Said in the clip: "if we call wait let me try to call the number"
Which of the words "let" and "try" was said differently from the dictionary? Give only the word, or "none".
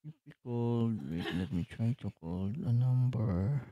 none